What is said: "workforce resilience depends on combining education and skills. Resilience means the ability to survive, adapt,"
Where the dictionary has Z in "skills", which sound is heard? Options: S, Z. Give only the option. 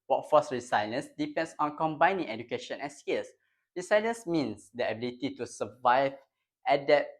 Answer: S